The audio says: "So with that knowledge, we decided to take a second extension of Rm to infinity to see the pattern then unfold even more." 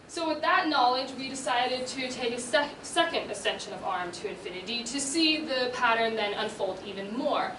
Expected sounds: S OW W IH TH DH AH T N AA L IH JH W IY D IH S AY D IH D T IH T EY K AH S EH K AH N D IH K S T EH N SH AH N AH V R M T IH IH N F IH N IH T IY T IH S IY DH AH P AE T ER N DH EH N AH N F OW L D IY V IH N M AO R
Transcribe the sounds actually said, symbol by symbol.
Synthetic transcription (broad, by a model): S OW W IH DH AH T N AA L IH JH W IY D IH S AY D IH D T IH T EY K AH S EH K AH N D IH S EH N SH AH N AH V R M T IH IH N F IH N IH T IY T IH S IY DH AH P AE T ER N DH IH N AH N F OW L D IY V IH N M AO R